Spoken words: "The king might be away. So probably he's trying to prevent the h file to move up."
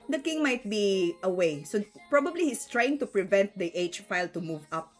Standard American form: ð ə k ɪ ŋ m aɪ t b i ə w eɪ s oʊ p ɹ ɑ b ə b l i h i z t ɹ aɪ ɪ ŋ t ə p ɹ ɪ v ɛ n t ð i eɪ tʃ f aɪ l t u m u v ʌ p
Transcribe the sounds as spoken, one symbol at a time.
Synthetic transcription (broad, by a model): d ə k ɪ ŋ m aɪ t b i ə w eɪ s oʊ p ɹ ɑ b ə b l i h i s t ɹ aɪ ɪ ŋ t ə p ɹ ɪ v ɛ n t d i eɪ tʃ f aɪ l t u m u v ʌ p